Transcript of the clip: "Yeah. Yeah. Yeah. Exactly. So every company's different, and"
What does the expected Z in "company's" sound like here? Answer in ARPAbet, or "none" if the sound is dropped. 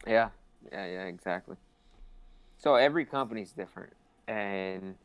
Z